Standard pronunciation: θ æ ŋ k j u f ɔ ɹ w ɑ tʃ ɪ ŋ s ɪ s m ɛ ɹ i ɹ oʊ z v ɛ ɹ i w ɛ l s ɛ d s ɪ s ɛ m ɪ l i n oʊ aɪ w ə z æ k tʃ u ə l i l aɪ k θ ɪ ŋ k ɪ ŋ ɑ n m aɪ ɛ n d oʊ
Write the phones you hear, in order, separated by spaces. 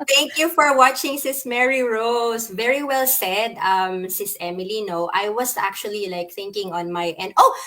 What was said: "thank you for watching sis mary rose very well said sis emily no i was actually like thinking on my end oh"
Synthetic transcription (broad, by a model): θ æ ŋ k j u f ɔ ɹ w ɑ tʃ ɪ ŋ s ɪ s m ɛ ɹ i ɹ oʊ s v ɛ ɹ i w ɛ l s ɛ d s ɪ s ɛ m ɪ l i n oʊ aɪ w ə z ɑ k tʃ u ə l i l aɪ k θ ɪ ŋ k ɪ ŋ ɑ n m aɪ ɛ n d oʊ